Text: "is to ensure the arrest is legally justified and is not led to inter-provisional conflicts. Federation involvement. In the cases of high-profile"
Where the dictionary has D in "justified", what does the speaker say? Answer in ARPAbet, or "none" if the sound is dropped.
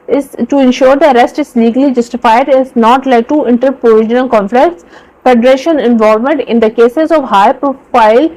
none